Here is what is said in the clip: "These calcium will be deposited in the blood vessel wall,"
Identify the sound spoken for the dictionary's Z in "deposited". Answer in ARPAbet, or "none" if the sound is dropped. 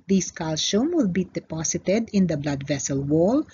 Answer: S